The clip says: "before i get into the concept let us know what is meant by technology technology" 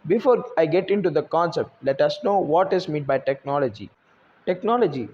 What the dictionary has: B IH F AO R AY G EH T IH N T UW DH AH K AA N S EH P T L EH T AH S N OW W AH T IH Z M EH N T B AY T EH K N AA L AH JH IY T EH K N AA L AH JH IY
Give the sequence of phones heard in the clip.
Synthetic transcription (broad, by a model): B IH F AO R AY G EH T IH N T UW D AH K AA N S EH P T L EH T AH S N OW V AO T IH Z M EH T B AY T EH K N AA L AH JH IY T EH K N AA L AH JH IY